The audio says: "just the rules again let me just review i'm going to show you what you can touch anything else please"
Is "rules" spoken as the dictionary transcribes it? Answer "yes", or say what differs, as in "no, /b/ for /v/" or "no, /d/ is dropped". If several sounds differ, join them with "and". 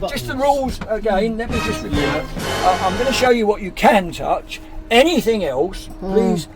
yes